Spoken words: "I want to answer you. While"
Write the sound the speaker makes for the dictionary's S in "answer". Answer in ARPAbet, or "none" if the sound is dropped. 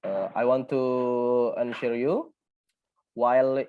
SH